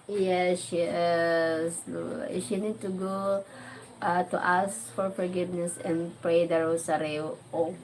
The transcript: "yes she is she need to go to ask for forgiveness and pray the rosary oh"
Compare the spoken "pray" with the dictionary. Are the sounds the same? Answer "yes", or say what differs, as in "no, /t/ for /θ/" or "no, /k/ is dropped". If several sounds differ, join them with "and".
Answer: yes